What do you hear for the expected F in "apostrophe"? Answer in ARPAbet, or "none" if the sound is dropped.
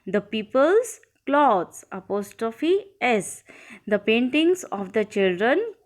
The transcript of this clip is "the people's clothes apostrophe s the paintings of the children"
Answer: F